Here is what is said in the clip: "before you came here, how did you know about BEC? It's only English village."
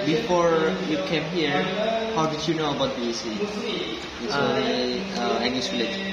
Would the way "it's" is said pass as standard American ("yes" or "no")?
no